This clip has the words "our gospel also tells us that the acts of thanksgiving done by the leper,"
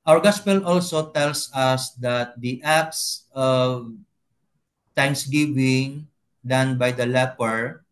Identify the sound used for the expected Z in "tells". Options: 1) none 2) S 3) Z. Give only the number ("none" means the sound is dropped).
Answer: 2